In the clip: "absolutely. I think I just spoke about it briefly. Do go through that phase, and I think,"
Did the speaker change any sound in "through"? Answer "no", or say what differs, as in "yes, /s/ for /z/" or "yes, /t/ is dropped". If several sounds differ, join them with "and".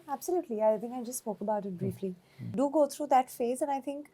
yes, /t/ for /θ/